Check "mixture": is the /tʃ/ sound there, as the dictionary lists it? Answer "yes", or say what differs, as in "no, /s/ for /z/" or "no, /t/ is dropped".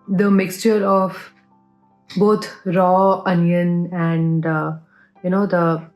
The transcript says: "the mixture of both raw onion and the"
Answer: yes